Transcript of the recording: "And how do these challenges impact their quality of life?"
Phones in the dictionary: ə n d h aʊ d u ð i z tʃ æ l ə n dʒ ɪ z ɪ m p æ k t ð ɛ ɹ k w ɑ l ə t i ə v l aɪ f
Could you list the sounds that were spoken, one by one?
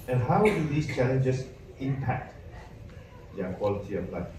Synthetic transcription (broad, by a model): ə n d h aʊ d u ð i s tʃ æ l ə n dʒ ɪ s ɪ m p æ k t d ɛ k w ɑ l ə t i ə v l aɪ